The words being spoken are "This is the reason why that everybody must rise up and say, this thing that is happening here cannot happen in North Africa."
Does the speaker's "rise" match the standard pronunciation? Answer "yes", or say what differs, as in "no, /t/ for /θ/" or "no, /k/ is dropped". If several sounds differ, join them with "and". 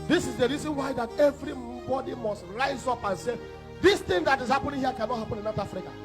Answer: yes